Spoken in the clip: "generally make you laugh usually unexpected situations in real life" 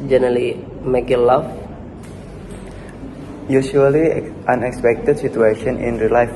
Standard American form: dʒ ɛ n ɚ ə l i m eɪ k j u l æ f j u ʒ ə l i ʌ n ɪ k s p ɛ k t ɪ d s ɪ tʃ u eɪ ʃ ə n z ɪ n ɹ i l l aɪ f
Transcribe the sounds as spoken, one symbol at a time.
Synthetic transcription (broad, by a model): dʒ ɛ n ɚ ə l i m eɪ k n l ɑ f j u ʃ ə l i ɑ n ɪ k s p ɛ k t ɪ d s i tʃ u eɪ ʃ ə n ɪ n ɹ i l l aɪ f